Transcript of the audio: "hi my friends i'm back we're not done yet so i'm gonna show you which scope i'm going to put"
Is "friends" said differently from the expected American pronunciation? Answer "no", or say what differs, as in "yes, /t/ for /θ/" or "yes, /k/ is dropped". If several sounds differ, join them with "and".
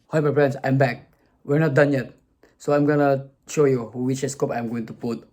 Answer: yes, /p/ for /f/